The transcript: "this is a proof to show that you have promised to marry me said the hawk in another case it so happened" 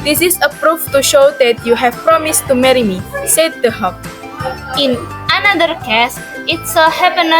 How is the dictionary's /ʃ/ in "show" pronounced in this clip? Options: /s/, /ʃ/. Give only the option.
/ʃ/